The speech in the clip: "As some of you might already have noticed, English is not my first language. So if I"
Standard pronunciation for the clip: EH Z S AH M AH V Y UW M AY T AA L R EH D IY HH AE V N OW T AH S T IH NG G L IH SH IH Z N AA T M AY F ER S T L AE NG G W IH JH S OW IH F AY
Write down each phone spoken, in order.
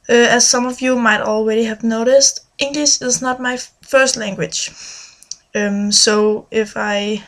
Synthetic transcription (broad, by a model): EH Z S AH M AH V Y UW M AY T AA L R EH D IY HH AE V N OW T AH S T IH NG G L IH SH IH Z N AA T M AY F ER S T L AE NG G W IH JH S OW IH F AY